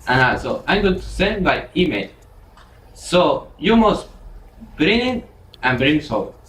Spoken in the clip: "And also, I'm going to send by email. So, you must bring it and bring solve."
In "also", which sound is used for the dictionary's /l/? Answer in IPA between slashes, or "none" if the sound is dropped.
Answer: none